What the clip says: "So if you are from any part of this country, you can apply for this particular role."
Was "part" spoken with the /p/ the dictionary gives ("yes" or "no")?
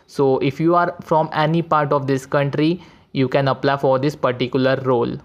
yes